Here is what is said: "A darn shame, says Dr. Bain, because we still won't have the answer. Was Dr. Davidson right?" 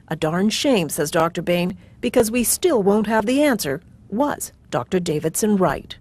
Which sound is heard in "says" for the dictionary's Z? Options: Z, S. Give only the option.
Z